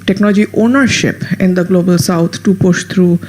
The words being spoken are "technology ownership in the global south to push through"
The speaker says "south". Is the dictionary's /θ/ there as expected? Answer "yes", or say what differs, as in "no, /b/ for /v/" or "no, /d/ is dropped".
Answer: no, /t/ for /θ/